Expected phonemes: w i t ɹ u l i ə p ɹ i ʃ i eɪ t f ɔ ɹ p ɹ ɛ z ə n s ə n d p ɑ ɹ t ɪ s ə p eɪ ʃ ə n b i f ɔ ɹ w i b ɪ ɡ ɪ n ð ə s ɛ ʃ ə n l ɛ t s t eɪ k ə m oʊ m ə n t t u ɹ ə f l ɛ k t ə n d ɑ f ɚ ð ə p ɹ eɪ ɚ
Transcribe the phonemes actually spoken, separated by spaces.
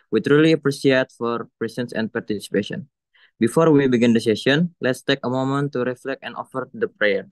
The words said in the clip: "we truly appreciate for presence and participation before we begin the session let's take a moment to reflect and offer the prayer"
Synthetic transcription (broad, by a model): w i t ɹ u l i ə p ɹ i s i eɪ t f ɔ ɹ p ɹ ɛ s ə n s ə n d p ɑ ɹ t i s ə p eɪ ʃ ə n b i f ɔ ɹ w i b ɪ ɡ ɪ n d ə s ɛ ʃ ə n l ɛ t s t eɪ k ə m oʊ m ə n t t u ɹ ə f l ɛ k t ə n ɑ f ɚ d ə p ɹ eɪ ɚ